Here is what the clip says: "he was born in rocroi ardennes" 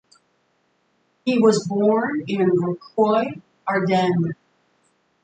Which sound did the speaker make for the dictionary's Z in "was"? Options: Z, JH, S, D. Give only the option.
Z